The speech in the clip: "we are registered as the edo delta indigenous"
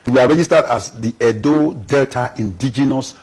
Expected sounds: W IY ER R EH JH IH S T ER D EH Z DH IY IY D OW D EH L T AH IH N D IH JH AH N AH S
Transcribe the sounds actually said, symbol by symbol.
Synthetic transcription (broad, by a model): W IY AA R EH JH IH S T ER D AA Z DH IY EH D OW D EH L T AH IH N D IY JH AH N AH S